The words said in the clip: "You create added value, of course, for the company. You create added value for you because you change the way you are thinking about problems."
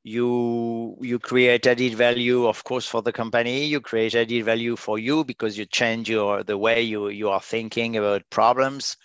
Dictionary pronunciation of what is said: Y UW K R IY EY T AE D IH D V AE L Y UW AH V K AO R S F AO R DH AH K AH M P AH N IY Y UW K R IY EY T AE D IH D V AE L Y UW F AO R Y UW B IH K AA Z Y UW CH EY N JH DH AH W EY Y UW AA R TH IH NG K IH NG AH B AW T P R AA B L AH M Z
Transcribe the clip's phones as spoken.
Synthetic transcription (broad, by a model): Y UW K R IY EY T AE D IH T V AE L Y UW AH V K AO R S F AO R DH AH K AH M P AH N IY Y UW K R IY EY T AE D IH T V AE L Y UW F AO R Y UW B IH K AA Z Y UW CH EY N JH DH AH W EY Y UW AA R TH IH NG K IH NG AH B AW T P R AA B L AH M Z